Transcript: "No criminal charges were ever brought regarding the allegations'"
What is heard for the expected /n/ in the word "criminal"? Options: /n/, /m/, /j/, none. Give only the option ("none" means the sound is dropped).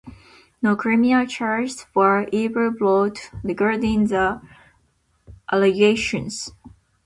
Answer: none